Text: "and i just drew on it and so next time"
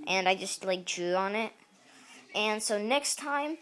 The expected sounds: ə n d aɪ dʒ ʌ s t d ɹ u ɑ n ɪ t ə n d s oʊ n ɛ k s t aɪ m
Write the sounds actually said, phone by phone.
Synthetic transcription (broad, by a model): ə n aɪ dʒ ʌ s t d ɹ u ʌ n ɪ t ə n s oʊ n ɛ k s t aɪ m